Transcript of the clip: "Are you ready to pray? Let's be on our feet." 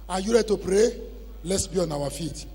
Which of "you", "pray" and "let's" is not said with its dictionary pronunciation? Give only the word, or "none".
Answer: none